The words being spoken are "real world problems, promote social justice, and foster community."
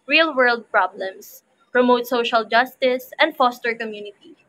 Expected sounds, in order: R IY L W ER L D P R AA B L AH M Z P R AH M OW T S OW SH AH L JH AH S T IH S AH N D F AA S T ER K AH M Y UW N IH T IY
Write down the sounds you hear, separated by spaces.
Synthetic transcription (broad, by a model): R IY L W ER L D P R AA B L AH M S P R AH M OW T S OW SH AH L JH AH S T IH S AH N D F AA S T ER K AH M Y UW N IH T IY